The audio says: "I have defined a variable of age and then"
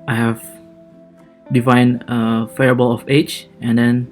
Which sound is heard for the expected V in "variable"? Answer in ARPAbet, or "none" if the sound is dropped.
F